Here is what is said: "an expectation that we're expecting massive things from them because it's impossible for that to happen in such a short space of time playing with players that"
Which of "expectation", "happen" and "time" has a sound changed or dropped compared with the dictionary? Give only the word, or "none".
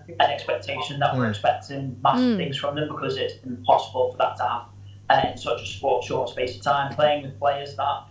happen